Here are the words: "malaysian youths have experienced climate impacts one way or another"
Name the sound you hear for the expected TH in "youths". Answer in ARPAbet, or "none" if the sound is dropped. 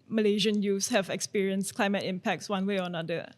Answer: F